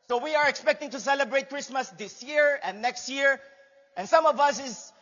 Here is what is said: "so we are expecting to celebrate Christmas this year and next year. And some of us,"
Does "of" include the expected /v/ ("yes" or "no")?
yes